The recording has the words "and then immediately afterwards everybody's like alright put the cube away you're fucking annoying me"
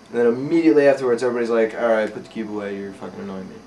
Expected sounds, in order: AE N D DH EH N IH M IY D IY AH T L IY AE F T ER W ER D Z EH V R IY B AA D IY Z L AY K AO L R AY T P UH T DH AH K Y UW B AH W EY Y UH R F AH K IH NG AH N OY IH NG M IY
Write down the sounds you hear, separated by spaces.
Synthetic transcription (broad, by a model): N DH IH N IH M IY D IY AH T L IY AE F T ER W ER D Z EH V R IY B AA D IY Z L AY K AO R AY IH P UH T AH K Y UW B AH W EY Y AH R F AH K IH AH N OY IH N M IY